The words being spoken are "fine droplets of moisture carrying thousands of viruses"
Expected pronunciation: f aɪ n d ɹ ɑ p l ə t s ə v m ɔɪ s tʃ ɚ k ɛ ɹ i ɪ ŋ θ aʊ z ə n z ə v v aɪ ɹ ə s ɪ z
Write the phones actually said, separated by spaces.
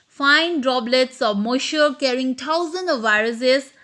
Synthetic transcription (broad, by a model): f aɪ n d ɹ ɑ b l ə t s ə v m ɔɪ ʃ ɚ k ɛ ɹ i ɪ ŋ t aʊ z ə n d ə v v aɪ ɹ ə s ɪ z